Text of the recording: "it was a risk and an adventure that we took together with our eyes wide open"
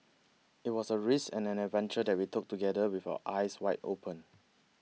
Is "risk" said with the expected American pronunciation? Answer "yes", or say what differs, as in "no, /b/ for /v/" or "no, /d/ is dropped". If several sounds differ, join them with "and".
no, /k/ is dropped